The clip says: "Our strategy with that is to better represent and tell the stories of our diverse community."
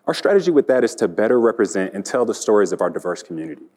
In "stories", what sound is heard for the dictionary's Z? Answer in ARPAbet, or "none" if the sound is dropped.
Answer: Z